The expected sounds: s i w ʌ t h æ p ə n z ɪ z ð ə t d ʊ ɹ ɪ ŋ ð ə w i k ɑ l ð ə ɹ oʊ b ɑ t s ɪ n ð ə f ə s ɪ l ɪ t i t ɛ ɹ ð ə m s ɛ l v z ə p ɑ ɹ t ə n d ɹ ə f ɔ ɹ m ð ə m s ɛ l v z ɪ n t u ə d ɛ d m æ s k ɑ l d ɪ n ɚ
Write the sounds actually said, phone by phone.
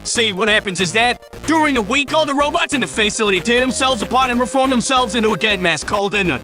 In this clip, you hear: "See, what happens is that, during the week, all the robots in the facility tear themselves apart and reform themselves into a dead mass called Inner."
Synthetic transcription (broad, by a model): s i w ʌ t h æ p ə n z ɪ z ð ə t d ʊ ɹ ɪ ŋ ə w i k ɑ l ð ə ɹ oʊ b ɑ t s ɪ n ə f ə s ɪ l ɪ t i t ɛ ð ə m s ɛ l v z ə p ɑ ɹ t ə n ɹ ə f ɔ ɹ m ð ə m s ɛ l v z ɪ n t u ə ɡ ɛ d m æ s k ɑ l d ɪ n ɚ